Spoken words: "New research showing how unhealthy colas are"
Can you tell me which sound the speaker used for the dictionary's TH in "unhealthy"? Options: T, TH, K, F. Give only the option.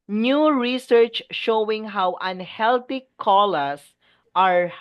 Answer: T